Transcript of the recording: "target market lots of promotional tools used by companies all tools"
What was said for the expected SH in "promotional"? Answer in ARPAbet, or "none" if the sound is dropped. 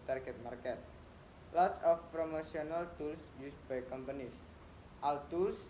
S